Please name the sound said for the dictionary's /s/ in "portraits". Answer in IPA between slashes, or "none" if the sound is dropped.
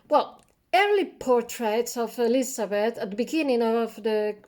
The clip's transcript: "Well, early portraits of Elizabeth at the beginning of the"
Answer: /s/